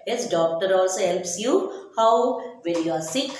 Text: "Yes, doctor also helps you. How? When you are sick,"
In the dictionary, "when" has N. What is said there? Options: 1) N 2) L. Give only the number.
2